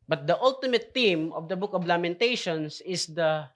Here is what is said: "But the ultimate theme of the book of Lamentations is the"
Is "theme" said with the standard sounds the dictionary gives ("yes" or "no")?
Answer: no